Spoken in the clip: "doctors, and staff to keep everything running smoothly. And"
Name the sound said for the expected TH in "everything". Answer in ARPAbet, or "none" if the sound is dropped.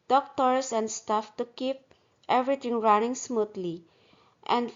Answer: T